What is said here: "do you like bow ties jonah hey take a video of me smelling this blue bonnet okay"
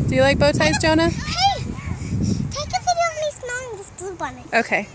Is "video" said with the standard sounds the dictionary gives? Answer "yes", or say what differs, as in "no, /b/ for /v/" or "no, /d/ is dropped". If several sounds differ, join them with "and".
no, /f/ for /v/